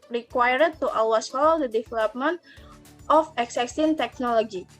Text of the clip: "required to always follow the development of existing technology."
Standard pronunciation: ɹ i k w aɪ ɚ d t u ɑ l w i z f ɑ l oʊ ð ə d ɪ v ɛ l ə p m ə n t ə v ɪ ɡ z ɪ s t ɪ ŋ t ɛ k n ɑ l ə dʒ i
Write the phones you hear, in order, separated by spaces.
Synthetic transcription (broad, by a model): ɹ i k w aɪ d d t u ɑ w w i s f ɑ l oʊ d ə d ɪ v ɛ l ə p m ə n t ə f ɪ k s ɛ s t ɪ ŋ t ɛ k n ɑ l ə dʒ i